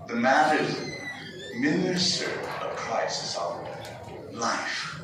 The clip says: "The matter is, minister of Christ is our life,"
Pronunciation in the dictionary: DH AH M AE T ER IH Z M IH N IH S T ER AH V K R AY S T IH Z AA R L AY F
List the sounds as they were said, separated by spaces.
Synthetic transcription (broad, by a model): DH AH M AE T ER IH Z M IH N IH S T ER AH V K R AY S IH S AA L AY F